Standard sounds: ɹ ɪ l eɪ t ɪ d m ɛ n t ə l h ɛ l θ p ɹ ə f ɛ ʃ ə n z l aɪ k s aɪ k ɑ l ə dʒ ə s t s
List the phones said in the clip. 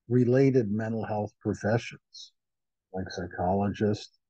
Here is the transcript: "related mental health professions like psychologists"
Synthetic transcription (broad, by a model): ɹ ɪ l eɪ t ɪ d m ɛ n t l h ɛ l θ p ɹ ə f ɛ ʃ ə n z l aɪ k s aɪ k ɑ l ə dʒ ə s t